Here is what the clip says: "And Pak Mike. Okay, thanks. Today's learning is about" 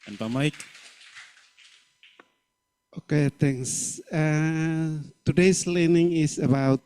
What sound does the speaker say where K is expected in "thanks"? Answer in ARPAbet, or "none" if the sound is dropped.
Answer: none